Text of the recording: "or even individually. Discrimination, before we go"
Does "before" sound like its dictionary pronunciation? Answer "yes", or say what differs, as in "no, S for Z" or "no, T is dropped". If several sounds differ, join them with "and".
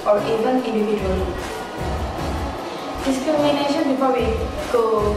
no, P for F